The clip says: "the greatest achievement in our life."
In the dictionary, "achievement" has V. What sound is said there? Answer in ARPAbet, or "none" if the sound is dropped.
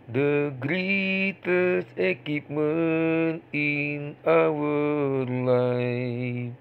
P